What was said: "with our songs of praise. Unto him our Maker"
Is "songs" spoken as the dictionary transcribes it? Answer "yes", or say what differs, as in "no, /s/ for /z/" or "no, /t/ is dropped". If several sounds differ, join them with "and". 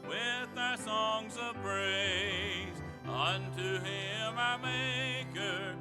yes